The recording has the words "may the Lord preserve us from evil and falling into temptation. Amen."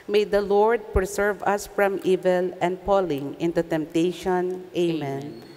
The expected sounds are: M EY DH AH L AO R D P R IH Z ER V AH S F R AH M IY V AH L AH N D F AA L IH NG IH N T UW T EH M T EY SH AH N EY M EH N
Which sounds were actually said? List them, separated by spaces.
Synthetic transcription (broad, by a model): M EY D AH L AO R D P R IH S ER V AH S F R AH M IY V AH L AH N D P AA L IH NG IH N T UW T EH M T EY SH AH N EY M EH N